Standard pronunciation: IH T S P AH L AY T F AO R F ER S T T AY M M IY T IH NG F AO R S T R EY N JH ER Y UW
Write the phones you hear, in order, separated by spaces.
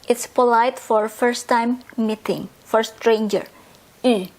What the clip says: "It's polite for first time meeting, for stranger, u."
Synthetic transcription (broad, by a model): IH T S P AH L AY T F AO R F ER S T T AY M M IY T IH NG F AO R S T R EY N JH ER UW